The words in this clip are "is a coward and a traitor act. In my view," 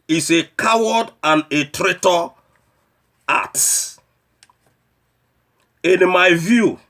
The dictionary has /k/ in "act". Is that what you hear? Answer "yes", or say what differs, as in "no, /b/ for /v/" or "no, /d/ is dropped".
no, /k/ is dropped